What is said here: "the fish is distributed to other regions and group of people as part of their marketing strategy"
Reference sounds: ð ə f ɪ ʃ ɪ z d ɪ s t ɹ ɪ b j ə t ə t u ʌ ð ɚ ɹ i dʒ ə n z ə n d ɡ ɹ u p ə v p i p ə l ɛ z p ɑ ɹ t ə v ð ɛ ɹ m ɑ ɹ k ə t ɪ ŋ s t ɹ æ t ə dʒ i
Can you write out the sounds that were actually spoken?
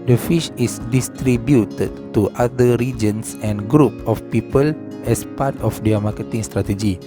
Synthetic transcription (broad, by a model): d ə f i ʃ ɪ s d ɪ s t ɹ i b j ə t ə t u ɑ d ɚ ɹ i dʒ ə n s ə n ɡ ɹ u p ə f p i p ə l ɛ s p ɑ t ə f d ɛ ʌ m ɑ k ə t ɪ ŋ s t ɹ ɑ t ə dʒ i